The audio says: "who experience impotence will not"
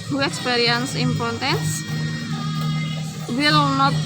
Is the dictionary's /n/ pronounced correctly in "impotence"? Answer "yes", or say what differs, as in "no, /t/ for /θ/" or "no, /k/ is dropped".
no, /n/ is dropped